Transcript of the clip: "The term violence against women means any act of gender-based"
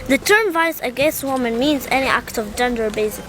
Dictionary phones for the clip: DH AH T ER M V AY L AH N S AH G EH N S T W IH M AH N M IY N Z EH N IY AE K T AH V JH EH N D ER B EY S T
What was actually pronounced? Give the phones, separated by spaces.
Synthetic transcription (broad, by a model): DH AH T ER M V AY AH S AH G EH N S T W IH M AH N M IY N Z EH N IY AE K T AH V JH EH N D ER B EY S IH